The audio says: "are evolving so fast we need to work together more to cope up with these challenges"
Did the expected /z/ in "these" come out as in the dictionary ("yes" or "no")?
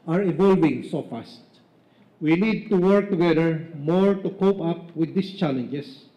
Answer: no